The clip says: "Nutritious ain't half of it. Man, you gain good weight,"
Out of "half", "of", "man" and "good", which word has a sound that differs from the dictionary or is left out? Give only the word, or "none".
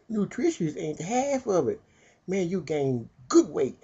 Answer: none